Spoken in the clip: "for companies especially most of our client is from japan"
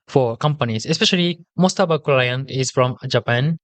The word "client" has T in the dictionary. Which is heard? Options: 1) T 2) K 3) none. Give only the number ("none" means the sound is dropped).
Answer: 3